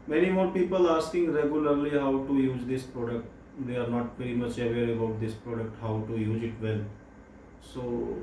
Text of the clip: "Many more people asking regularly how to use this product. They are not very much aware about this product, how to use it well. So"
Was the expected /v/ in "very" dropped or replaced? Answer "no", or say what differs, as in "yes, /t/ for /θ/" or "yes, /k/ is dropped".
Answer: yes, /p/ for /v/